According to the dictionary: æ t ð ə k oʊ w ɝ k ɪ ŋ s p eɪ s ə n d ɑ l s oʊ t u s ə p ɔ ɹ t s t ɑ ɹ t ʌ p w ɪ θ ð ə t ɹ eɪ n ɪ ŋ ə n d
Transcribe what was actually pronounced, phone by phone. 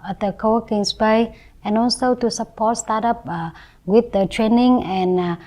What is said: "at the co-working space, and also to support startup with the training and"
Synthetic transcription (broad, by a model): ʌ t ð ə k oʊ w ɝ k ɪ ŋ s b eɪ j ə n ɑ l s oʊ t u s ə p ɔ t s t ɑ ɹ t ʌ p w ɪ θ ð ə t ɹ eɪ n ɪ ŋ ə n